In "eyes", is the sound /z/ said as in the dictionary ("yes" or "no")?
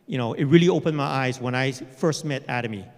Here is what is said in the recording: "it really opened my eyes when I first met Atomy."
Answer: yes